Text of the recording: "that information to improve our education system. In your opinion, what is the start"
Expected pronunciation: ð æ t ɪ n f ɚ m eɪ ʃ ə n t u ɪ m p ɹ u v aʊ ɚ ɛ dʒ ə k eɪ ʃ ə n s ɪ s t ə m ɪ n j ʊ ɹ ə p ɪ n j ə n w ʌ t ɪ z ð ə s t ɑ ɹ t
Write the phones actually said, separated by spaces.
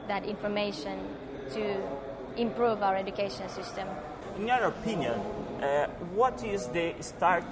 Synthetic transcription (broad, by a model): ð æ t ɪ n f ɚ m eɪ ʃ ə n t u ɪ m p ɹ u v aʊ ɚ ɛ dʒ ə k eɪ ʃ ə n s ɪ s t ə m ɪ n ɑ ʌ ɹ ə p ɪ n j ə n w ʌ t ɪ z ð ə s t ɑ ɹ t